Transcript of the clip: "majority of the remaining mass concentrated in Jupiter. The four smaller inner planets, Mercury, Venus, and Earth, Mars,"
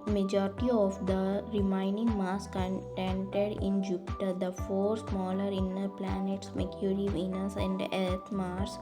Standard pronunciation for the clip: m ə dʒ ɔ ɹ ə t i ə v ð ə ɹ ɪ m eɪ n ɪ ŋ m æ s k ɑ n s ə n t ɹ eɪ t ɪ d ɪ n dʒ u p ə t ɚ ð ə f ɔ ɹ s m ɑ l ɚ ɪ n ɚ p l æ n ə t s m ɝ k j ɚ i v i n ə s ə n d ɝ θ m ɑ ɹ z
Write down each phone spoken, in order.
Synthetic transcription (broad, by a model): m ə dʒ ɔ ɹ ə t i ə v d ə ɹ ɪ m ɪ n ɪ ŋ m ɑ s k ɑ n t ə n t eɪ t d ɪ n dʒ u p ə t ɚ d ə f ɔ ɹ s m ɑ l ɚ ɪ n ɚ p l æ n ə t s m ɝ k j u i v i n ə s ə n d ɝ t m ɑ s